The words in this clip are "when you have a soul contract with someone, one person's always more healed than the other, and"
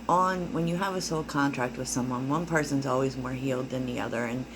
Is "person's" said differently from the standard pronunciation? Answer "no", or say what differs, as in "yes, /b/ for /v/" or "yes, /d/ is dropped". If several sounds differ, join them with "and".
no